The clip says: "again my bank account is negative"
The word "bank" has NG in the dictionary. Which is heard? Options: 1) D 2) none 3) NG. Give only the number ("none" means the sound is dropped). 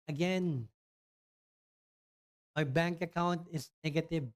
3